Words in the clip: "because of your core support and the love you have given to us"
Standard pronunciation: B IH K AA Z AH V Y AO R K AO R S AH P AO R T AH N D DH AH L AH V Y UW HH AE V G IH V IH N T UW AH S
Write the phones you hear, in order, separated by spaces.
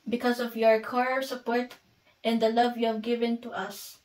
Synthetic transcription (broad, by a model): B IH K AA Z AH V Y AO R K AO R S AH P AO R T AH N D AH L AH V Y UW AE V G IH V IH N T UW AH S